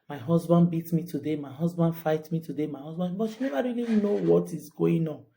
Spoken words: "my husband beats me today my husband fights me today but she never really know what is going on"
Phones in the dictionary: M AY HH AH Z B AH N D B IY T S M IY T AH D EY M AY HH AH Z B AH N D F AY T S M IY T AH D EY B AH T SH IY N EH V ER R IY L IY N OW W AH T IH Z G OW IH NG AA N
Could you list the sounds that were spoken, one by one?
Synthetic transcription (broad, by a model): M AY HH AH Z B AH N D B IY T M IY T AH D EY M AY HH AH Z B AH N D F AY T M IY T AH D EY B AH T SH IY N EH V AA R IY L IY N OW W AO T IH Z G OW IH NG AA N